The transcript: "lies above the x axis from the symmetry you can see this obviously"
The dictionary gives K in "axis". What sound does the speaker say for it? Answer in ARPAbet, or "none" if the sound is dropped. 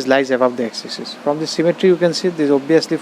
none